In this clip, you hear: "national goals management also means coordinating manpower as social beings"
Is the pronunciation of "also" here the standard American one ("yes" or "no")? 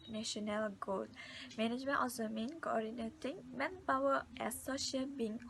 no